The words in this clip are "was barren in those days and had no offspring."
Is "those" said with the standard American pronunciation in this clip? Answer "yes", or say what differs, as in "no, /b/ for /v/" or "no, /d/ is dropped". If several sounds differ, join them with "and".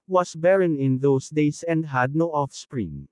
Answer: no, /s/ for /z/